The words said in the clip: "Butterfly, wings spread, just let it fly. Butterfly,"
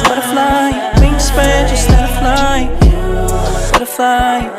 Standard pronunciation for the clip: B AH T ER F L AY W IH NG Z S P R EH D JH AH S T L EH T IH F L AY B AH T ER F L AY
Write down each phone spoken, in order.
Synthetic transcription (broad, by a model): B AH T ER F L AY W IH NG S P EH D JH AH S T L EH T IH F L AY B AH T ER F L AY